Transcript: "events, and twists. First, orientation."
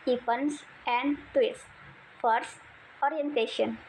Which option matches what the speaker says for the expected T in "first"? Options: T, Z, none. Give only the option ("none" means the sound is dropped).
T